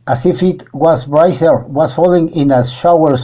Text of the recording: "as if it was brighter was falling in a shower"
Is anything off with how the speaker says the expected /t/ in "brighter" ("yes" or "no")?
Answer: yes